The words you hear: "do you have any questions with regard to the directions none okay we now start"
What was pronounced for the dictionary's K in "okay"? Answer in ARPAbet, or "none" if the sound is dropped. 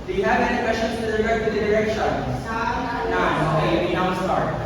none